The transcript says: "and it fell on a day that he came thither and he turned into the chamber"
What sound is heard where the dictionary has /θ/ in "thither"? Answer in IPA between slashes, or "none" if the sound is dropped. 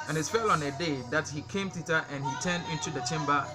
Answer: /t/